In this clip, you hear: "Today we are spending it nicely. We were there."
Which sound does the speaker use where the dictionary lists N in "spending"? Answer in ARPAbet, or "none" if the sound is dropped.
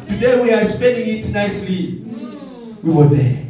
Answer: N